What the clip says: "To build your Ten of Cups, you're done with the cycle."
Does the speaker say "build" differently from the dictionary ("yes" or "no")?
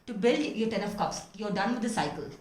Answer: no